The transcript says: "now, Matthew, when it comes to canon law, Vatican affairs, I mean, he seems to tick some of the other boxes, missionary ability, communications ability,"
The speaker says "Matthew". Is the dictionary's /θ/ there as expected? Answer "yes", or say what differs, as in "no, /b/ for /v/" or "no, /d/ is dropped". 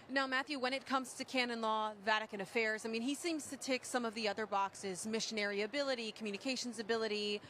yes